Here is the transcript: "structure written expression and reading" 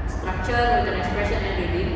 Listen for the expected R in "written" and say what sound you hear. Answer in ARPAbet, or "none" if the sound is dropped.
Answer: W